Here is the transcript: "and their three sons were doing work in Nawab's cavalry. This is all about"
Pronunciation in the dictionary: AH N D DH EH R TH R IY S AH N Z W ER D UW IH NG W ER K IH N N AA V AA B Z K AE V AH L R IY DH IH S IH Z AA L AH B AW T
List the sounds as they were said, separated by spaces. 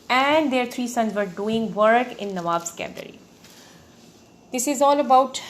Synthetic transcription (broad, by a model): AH N D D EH R T R IY S AH N Z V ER D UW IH NG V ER K IH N N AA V AA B S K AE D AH R IY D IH S IH Z AA L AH B AW T